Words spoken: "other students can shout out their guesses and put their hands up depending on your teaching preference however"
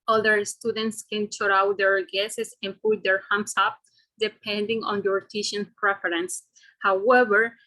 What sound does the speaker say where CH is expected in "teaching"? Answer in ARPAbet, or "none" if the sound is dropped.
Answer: SH